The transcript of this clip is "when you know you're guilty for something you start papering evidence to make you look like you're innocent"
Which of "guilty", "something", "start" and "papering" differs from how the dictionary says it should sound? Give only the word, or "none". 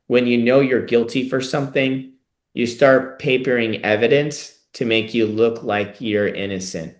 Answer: none